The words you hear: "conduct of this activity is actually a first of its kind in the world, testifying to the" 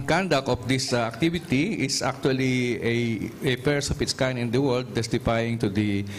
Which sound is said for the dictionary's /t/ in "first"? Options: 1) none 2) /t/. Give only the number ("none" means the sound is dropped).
1